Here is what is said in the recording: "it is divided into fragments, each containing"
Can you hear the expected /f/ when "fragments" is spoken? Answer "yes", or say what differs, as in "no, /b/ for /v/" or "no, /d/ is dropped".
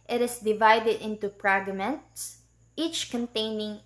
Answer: no, /p/ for /f/